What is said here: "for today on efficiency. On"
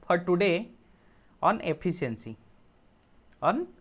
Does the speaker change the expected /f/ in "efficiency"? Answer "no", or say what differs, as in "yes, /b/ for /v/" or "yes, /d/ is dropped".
yes, /p/ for /f/